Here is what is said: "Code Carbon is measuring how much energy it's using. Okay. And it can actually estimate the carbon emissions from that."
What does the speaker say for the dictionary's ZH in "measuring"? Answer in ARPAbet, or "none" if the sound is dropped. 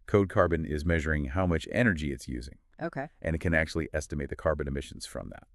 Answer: ZH